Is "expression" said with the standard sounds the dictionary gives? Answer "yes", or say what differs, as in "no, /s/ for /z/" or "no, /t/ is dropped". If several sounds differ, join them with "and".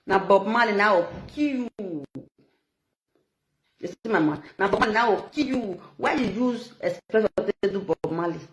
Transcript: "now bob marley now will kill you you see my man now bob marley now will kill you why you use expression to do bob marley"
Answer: no, /k/ is dropped and /s/ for /ʃ/